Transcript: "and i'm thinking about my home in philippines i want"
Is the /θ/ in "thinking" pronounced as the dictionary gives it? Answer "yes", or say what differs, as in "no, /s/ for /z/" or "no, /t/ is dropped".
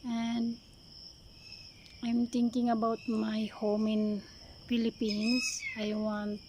no, /t/ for /θ/